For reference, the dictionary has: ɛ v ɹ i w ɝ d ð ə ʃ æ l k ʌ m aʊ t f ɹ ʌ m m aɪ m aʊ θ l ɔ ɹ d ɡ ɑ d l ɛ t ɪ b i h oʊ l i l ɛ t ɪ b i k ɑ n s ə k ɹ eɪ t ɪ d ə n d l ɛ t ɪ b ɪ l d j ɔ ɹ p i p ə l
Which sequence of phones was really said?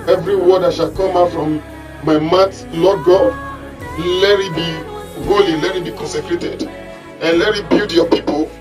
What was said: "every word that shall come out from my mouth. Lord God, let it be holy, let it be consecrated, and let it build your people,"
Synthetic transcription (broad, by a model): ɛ v ɹ i w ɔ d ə ʃ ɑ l k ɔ m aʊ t f ɹ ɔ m m aɪ m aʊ t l ɔ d ɡ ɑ l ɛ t ɪ b i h oʊ l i l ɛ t ɪ b i k ɑ n s ə k ɹ eɪ t ɪ d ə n l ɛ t ɪ b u d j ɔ p i p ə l